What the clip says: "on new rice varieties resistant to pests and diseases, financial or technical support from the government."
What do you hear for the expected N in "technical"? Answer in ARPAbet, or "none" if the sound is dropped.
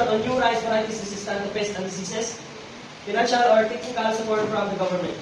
none